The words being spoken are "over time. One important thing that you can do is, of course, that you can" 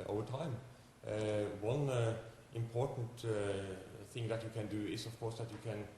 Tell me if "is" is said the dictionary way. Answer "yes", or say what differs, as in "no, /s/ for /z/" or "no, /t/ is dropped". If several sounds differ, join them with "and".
no, /s/ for /z/